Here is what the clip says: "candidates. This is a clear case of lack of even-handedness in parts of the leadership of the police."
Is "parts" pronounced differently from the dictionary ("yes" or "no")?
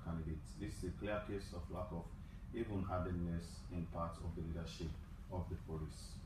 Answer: yes